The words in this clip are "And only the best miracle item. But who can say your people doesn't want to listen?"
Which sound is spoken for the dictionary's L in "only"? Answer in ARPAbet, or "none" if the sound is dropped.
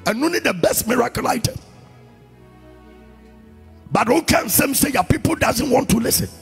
none